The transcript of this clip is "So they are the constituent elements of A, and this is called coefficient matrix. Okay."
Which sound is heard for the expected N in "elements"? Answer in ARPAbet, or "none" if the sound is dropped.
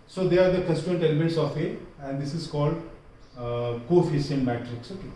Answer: none